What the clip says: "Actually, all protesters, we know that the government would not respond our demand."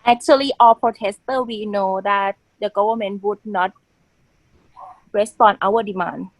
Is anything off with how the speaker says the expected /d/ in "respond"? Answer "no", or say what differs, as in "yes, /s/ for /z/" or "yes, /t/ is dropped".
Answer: yes, /d/ is dropped